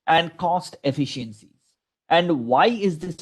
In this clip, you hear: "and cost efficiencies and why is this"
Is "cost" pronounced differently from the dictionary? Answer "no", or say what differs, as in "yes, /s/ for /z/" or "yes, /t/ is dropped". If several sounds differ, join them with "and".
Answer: no